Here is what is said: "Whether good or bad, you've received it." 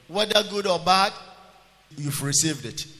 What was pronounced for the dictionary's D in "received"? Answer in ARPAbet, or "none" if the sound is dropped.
D